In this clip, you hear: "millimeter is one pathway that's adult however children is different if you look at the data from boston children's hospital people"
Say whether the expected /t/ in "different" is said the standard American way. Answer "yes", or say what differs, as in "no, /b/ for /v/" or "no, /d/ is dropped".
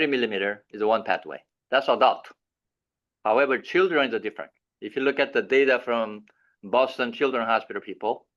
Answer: yes